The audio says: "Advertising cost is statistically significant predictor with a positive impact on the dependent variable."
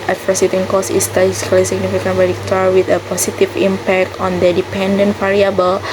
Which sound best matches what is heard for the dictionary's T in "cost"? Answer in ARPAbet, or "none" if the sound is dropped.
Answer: none